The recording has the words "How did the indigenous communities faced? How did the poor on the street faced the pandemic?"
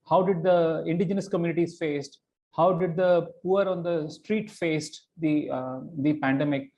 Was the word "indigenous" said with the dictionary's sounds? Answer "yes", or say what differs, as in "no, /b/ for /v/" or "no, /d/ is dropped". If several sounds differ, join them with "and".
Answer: yes